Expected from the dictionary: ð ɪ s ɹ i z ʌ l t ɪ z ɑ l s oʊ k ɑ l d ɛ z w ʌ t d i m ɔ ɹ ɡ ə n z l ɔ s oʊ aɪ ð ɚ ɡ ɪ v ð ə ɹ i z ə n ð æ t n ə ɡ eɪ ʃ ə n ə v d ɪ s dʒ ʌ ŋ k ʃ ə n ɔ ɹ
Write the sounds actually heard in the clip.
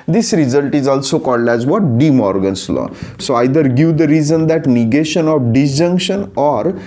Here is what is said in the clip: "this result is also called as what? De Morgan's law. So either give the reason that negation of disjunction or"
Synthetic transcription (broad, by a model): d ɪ s ɹ i z ʌ l t ɪ z ɑ l s oʊ k ɑ l d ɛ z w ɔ t d i m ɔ ɹ ɡ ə n s l ɔ s oʊ aɪ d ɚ ɡ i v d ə ɹ i z ə n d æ t n ə ɡ eɪ ʃ ə n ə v d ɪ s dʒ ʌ ŋ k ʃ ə n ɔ ɹ